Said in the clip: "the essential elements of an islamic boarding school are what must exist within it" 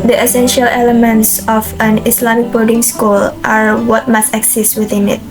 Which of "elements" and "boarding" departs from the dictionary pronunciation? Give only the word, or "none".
boarding